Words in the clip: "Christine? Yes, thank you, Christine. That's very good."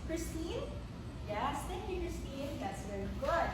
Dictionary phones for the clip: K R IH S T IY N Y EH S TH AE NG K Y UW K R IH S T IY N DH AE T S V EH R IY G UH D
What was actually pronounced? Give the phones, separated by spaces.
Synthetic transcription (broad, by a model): K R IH S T IY N Y EH S T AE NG K Y UW K R IH S T IY N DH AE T S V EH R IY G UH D